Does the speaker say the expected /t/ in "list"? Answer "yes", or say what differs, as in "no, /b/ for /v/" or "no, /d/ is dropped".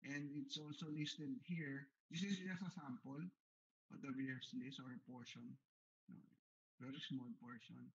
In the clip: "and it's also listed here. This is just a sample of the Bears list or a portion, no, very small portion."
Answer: no, /t/ is dropped